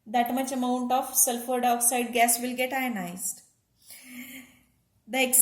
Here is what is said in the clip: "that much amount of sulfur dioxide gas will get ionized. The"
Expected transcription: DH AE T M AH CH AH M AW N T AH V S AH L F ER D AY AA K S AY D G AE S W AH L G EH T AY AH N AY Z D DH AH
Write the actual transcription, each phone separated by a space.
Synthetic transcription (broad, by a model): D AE T M AH CH AH M AW N T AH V S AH L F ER D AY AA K S AY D G AE S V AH L G EH T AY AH N AY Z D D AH